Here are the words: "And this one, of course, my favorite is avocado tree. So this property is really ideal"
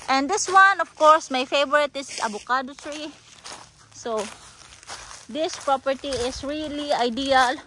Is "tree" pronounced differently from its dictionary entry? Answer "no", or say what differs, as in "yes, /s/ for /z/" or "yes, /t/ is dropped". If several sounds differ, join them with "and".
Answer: yes, /s/ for /t/